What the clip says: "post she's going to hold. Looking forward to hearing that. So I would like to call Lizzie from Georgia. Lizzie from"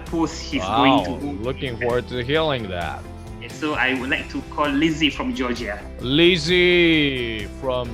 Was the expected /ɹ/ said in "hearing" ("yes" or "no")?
no